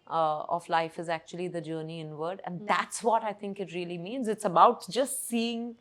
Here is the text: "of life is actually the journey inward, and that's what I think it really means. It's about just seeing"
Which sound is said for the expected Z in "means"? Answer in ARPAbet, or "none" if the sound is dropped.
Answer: Z